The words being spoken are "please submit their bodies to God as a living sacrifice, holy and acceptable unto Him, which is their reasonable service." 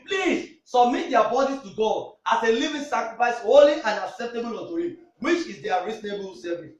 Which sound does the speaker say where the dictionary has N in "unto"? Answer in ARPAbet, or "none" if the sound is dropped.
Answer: none